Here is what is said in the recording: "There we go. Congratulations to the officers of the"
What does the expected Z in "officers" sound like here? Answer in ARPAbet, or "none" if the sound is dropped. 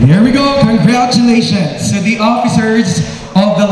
Z